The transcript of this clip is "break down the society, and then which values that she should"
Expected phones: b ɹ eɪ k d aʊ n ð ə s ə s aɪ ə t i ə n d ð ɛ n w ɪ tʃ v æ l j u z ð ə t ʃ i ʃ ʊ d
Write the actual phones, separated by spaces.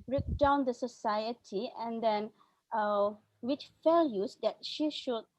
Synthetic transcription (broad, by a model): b ɹ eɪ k d aʊ n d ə s ə s aɪ ə t i ə n d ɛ n w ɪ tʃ f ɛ l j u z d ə t ʃ i ʃ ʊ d